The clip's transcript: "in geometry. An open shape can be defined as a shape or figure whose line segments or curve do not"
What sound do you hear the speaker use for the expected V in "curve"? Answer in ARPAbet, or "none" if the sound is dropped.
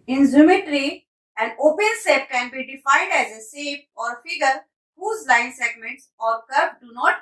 P